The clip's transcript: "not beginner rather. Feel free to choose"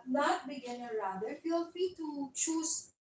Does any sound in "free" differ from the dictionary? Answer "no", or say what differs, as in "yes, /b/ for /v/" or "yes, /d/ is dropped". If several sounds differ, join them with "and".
yes, /ɹ/ is dropped